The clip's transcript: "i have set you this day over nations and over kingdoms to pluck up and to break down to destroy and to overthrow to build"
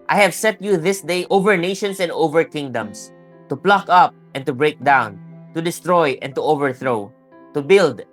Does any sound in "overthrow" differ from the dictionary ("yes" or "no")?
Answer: no